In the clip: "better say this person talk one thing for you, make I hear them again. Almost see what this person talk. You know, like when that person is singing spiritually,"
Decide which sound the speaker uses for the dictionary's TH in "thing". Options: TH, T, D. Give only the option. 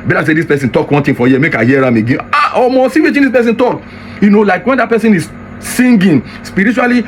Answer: T